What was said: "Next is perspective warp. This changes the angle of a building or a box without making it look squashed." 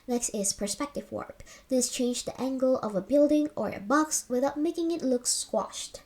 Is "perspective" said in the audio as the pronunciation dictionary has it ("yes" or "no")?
yes